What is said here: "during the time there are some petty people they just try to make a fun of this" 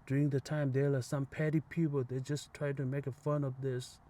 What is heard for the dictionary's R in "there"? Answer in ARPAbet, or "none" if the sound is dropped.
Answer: L